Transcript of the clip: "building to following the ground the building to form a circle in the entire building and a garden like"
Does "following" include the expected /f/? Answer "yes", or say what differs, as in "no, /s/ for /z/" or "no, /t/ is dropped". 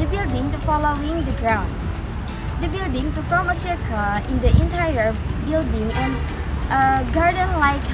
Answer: yes